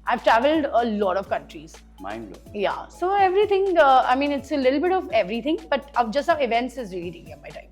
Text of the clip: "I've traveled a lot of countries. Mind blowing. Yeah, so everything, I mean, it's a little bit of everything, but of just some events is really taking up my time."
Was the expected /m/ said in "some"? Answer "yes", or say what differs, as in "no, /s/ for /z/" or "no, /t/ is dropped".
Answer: no, /m/ is dropped